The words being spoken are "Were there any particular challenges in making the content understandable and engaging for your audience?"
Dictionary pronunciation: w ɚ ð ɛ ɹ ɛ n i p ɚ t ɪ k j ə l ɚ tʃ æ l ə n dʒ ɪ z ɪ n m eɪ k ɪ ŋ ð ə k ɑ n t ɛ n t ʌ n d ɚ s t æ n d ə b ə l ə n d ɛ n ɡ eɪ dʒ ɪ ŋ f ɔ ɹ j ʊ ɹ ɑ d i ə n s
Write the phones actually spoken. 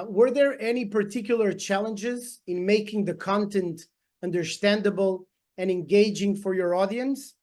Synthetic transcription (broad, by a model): w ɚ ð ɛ ɹ ɛ n i p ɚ t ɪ k j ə l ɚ tʃ æ l ə n dʒ ɪ z ɪ n m eɪ k ɪ ŋ ð ə k ɑ n t ɛ n t ʌ n d ɚ s t æ n d ə b ə l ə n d ɛ n ɡ eɪ dʒ ɪ ŋ f ɔ ɹ j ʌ ɹ ɑ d i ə n s